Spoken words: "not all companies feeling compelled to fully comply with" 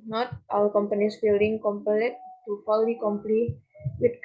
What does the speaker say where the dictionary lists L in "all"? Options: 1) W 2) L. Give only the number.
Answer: 1